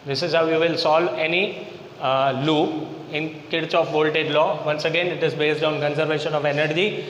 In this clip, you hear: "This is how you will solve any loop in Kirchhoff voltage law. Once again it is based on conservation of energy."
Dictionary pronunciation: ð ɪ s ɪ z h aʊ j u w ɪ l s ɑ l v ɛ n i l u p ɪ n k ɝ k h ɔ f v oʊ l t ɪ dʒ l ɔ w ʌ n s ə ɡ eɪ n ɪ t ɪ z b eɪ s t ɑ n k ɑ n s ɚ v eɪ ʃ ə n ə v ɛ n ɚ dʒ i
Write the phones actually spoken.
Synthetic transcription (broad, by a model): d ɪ s ɪ z h aʊ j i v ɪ l s ɑ l v ɛ n i l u ɪ n k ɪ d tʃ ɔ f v oʊ l t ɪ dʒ l ɔ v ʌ n s ə ɡ eɪ n ɪ t ɪ z b eɪ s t ɑ n k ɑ n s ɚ v eɪ ʃ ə n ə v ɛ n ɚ dʒ i